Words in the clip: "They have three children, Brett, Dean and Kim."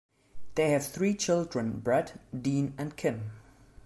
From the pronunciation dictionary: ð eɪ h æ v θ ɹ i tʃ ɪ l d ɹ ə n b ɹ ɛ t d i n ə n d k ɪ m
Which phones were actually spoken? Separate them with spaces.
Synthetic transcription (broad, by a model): ð eɪ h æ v θ ɹ i tʃ ɪ l d ɹ ə n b ɹ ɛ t d i n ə n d k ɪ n